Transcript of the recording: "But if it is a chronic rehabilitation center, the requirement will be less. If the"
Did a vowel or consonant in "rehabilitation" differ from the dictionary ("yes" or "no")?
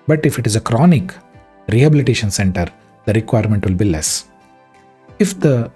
no